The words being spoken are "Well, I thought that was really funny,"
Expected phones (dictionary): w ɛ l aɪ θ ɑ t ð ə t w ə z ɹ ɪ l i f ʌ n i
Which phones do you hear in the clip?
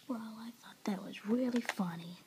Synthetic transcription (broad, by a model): w ɛ l aɪ θ ɑ t ð ə t w ə z ɹ ɪ l i f ʌ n i